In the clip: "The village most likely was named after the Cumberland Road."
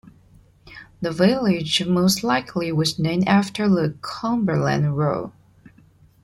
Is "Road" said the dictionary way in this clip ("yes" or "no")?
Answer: no